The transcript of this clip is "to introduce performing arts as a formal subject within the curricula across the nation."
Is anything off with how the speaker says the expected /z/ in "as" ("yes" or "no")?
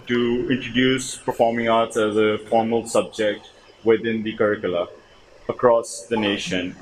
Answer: no